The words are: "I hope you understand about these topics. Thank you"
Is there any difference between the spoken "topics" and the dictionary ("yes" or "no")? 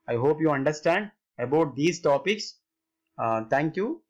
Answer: no